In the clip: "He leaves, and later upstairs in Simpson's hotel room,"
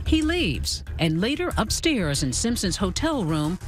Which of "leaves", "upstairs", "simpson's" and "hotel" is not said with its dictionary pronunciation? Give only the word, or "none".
none